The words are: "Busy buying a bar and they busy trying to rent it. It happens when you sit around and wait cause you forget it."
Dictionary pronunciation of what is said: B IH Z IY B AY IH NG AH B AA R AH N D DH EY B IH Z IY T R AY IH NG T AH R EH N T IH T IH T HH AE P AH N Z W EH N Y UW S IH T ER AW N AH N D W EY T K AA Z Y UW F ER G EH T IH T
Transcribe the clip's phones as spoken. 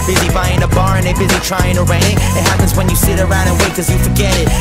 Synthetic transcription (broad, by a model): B IH Z IY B AY IH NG AH B AA R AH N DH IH B IH Z IY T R AY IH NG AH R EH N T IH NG IH T HH AE P AH N Z W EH N Y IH S IH T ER AW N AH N W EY K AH Z Y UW F ER G EH T IH T